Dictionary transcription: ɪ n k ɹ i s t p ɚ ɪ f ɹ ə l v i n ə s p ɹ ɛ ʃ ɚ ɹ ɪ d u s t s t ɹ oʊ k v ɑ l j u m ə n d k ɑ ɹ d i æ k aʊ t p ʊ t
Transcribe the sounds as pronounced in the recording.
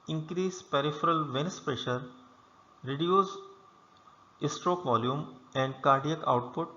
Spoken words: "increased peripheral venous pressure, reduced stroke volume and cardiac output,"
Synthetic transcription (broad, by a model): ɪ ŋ k ɹ i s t p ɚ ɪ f ɹ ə l v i n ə s p ɹ ɛ ʃ ɚ ɹ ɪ d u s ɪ s t ɹ oʊ k v ɑ l j u m ə n d k ɑ ɹ d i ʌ k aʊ t p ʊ t